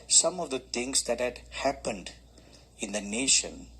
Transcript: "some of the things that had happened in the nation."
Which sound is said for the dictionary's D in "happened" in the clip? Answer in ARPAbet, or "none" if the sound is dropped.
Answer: D